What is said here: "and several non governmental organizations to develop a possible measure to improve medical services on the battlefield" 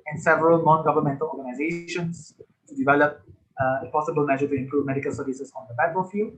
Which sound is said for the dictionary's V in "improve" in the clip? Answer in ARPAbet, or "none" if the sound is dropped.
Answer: V